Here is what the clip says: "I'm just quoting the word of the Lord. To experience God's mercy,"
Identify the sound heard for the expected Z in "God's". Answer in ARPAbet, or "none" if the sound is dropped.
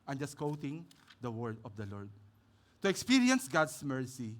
S